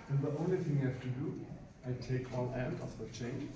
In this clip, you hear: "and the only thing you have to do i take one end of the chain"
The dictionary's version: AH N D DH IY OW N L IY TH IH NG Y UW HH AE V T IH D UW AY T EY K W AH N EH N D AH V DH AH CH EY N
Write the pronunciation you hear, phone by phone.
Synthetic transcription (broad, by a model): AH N DH IY OW N L IY TH IH NG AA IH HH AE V T IH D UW AY T EY K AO L EH N D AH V DH AH CH EY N